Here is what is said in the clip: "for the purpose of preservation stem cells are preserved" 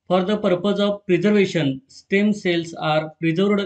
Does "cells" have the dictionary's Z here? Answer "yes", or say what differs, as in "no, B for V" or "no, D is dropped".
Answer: no, S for Z